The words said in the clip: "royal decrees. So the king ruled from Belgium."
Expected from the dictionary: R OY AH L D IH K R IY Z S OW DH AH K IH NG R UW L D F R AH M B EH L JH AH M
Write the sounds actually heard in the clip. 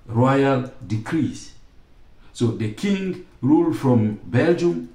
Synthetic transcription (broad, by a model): R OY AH L D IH K R IY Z S OW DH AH K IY NG R UW L D F R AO M B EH L JH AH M